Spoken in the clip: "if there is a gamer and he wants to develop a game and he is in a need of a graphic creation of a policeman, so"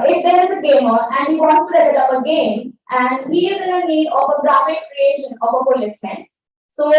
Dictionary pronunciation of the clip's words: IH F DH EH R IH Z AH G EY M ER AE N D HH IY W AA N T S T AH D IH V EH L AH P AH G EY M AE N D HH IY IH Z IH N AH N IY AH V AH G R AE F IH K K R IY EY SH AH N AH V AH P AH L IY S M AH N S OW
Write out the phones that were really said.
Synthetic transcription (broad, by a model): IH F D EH R IH Z AH G EY M ER AE N D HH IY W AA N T T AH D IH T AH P AH G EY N AE N D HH IY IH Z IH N AH N IY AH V AH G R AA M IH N K R IY EY SH AH N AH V AH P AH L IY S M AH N S OW